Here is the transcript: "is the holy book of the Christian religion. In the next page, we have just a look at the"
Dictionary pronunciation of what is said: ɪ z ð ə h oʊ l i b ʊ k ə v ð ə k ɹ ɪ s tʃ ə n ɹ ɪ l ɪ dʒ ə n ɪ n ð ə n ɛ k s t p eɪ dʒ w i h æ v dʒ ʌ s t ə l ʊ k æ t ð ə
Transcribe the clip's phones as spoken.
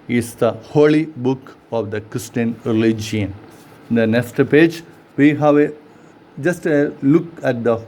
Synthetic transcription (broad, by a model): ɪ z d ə h oʊ l i b ʊ k ə v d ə k ɹ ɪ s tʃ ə n ɹ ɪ l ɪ dʒ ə ɪ n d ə n ɛ k s t p eɪ dʒ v i h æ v dʒ ʌ s t ə l ʊ k æ t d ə